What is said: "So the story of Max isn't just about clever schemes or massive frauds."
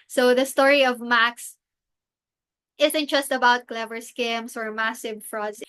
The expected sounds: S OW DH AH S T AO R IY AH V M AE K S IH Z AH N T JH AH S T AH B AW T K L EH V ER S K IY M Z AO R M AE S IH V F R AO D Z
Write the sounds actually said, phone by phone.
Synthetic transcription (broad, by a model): S OW DH AH S T AO R IY AH V M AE K S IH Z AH N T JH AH S T AH B AW T K L EH V ER S K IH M S AO R M AE S IH V F R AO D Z